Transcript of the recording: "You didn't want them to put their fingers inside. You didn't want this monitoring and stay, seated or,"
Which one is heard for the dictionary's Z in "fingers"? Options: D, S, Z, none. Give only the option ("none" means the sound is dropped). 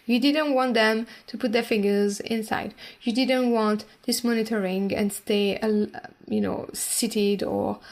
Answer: Z